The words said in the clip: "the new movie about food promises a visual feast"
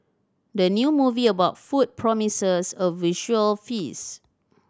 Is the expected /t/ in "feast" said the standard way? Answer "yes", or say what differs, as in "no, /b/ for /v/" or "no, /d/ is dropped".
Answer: no, /t/ is dropped